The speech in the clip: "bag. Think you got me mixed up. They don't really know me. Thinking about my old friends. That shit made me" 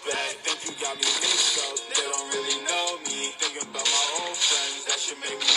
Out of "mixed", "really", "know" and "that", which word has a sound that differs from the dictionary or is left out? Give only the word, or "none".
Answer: mixed